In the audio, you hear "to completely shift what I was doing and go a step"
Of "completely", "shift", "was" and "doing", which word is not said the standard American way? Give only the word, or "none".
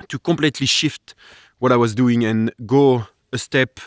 none